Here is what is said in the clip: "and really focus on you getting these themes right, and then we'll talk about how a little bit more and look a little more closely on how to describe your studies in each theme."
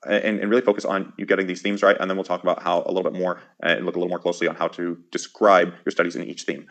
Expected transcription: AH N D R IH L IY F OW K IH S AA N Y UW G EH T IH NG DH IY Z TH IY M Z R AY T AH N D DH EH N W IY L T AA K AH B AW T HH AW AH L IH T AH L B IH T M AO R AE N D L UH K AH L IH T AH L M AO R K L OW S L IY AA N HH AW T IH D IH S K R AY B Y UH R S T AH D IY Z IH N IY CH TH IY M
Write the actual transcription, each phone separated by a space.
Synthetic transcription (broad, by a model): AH N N R IH L IY F OW K IH S N Y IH G EH T IH NG DH IY Z TH IY M Z R AY T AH N DH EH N W IY L T AA K AH B AW T HH AW AH L IH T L B IH T M AO R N L UH K AH L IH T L M AO R K L OW S L IY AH N HH AW T IH D IH S K R AY B Y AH R S T AH D IY Z IH N IY CH TH IY M